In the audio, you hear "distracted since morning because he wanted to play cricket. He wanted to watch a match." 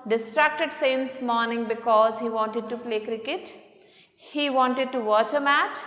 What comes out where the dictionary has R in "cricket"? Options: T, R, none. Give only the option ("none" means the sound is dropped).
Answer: R